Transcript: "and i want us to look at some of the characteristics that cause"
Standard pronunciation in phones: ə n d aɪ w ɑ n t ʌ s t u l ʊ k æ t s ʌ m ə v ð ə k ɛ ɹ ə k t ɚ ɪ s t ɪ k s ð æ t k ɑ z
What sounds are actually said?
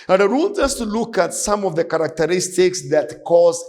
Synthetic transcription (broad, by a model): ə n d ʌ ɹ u l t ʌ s t u l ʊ k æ t s ʌ m ə v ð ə k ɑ ɹ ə k t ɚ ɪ s t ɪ k s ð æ t k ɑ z